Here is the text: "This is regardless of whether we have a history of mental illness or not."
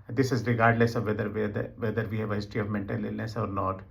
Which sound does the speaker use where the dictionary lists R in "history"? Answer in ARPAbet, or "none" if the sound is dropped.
none